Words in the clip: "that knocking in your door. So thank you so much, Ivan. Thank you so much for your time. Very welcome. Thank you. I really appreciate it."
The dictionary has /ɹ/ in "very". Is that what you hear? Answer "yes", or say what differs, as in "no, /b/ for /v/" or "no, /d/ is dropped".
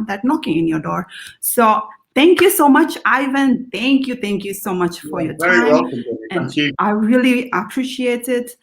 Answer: no, /ɹ/ is dropped